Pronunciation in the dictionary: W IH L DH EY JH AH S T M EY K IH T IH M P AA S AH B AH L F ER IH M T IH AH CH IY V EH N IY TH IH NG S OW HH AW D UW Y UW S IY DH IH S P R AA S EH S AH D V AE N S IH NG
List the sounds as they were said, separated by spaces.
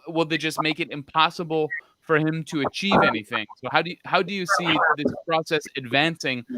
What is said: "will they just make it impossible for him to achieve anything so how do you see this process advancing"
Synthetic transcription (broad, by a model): W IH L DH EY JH AH S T M EY K IH T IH M P AA S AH B L F ER IH M T IH AH CH IY V EH N IY TH IH NG S OW HH AW D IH Y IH S IY DH IH S P R AA S EH S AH D V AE N S IH NG